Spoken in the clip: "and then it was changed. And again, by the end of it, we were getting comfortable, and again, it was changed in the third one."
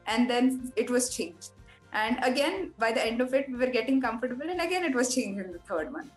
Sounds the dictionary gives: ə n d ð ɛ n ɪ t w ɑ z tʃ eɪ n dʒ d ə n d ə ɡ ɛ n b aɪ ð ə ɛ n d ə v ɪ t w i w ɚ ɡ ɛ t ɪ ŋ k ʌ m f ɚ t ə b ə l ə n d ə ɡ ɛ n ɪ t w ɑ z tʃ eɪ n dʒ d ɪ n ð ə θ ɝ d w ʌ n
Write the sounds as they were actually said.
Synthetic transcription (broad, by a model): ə n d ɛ n ɪ t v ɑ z tʃ eɪ n dʒ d ə n d ə ɡ ɛ n b aɪ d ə ɛ n d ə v ɪ t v i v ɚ ɡ ɛ t ɪ ŋ k ʌ m f ɚ t ə b ə l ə n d ə ɡ ɛ n ɪ t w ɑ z tʃ eɪ n dʒ ɪ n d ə t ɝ d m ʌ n